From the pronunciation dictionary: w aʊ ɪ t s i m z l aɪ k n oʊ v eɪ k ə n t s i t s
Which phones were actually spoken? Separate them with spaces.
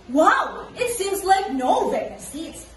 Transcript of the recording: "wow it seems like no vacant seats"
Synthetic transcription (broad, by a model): w aʊ ɪ t s i m z l aɪ k n oʊ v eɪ ə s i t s